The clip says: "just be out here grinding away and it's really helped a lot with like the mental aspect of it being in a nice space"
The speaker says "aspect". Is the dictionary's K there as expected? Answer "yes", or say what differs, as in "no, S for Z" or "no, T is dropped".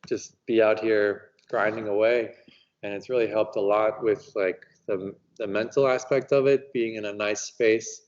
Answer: yes